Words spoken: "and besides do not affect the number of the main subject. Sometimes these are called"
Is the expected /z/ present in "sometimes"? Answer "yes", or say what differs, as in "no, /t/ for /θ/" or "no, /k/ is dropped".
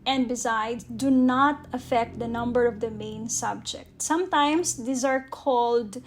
no, /s/ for /z/